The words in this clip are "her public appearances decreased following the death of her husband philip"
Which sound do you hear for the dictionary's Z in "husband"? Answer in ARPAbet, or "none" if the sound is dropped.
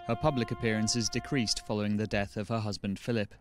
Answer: Z